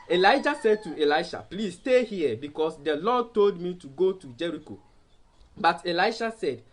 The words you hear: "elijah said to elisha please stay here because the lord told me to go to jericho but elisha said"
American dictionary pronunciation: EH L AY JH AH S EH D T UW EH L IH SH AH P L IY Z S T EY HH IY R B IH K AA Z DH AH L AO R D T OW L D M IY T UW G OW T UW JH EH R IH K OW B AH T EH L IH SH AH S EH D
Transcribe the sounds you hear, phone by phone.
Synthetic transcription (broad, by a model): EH L AY JH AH S EH D T UW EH L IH SH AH P L IY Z S T EY HH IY B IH K AA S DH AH L AO D T OW L D M IY T UW G OW T UW JH EH R IH K OW B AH T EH L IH SH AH S EH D